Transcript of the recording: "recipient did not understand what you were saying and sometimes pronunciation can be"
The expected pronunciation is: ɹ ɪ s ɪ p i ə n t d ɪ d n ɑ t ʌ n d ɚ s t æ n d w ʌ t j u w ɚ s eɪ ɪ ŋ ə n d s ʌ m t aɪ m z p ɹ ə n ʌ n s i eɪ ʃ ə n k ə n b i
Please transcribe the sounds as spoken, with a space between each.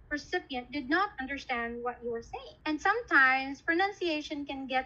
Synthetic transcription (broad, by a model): ɹ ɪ s ɪ p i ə n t d ɪ d n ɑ t ʌ n d ɚ s t æ n d w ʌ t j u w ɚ s eɪ ɪ ŋ ə n d s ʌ m t aɪ m s p ɹ ə n ʌ n s i eɪ ʃ ə n k ə n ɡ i